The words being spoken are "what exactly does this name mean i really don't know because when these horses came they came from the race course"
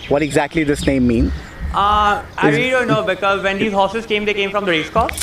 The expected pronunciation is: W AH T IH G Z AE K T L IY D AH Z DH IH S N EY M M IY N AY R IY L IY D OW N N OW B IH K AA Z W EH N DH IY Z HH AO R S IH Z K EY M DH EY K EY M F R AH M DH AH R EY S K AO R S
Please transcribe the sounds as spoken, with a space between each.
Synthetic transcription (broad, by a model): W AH T IH G Z AE K T L IY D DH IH S N EY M M IY N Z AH IY D OW N N OW B IH K AA Z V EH N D IY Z HH AO S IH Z K EY M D EY K EY M F R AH M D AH R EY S K AO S